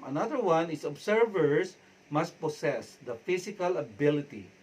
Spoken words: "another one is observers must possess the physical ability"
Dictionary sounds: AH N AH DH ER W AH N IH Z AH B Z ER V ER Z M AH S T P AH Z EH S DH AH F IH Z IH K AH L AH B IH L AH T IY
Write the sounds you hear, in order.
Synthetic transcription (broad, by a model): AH N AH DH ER W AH N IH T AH B S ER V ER S M AH S T P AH S EH S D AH F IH S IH K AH L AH B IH L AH T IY